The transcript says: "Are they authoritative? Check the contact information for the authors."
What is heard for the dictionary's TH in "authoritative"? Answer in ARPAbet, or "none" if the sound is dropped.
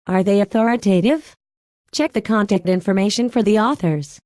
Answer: TH